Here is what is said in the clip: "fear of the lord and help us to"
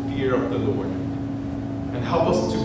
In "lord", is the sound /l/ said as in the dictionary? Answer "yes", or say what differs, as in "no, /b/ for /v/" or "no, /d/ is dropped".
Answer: yes